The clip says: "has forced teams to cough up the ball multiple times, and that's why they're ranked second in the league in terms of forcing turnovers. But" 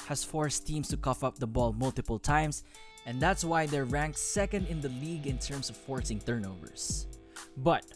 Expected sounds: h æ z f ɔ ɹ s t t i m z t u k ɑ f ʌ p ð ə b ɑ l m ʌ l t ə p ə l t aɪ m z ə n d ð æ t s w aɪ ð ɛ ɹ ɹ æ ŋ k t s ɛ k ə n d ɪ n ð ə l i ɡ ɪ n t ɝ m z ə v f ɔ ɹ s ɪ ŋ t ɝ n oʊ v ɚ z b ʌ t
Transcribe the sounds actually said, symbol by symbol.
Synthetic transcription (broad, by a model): h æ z f ɔ ɹ s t t i m s t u k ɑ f ʌ p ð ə b ɑ l m ʌ l t ə p ə l t aɪ m s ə n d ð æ t s w aɪ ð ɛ ɹ ɹ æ ŋ k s s ɛ k ə n d ɪ n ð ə l i ɡ ɪ n t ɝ m s ə v f ɔ ɹ s ɪ ŋ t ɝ n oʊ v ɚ s b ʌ t